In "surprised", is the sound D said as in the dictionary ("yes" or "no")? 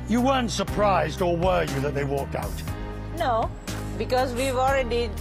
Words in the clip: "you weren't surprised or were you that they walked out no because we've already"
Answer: yes